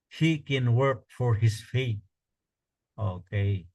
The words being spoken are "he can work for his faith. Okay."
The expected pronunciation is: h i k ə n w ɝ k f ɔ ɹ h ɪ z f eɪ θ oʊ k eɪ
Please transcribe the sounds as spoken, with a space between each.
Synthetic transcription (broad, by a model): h i k ə n w ɝ k f ɔ ɹ h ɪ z f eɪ t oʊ k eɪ